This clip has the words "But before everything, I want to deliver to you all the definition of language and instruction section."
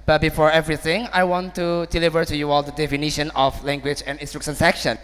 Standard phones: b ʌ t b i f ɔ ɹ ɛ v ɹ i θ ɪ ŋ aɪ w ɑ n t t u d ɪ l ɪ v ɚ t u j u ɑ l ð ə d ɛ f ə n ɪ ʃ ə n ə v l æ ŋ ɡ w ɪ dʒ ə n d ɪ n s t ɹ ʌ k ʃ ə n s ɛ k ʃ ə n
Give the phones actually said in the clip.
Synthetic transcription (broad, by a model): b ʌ t b i f ɔ ɹ ɛ v ɹ i θ ɪ ŋ aɪ w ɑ n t t u d ɪ l ɪ v ɚ t u j u ɑ l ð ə d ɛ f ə n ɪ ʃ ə n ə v l æ ŋ ɡ w ɪ dʒ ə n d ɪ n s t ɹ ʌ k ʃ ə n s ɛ k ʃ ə n